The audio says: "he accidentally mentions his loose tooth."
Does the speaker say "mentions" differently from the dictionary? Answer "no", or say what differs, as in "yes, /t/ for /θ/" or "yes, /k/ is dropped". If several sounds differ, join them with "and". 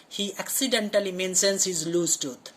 yes, /s/ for /ʃ/